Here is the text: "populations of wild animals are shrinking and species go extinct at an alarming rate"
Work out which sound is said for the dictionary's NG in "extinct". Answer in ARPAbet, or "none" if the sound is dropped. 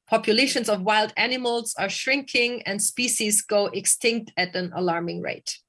NG